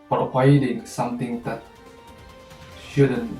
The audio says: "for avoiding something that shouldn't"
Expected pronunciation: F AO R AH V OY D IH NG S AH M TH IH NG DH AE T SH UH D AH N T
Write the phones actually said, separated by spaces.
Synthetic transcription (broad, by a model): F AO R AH IH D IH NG S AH M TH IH NG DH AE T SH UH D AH N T